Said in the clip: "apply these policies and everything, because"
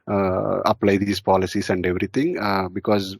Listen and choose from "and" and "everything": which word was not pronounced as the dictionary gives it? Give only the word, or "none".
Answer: everything